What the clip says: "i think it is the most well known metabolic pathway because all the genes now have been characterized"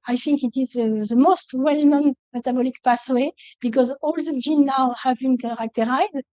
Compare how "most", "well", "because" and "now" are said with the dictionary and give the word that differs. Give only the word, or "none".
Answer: none